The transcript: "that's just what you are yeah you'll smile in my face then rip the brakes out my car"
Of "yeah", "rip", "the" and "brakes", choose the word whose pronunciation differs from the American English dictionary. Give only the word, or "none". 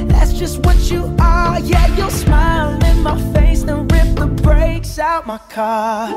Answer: none